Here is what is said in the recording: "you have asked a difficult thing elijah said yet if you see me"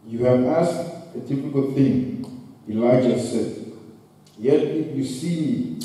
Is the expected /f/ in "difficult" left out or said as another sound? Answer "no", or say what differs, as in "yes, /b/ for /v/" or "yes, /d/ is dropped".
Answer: yes, /p/ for /f/